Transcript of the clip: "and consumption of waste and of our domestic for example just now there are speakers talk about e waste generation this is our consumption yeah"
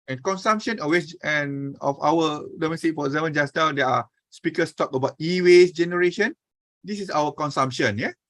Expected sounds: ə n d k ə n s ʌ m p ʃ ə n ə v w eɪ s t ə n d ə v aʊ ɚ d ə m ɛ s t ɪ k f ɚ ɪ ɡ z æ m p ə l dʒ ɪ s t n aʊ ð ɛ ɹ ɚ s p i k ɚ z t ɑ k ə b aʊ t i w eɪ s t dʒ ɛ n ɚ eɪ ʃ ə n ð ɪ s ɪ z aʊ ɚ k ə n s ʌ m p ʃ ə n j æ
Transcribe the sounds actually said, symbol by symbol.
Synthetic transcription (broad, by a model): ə n k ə n s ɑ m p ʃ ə n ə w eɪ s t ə n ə f aʊ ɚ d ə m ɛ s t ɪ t f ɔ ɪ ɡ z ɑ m ə n dʒ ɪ s n aʊ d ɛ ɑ s p i k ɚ s t ɑ k ə b aʊ t i w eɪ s dʒ ɛ n ɚ eɪ ʃ ə n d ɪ s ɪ s aʊ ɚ k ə n s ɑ m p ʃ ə n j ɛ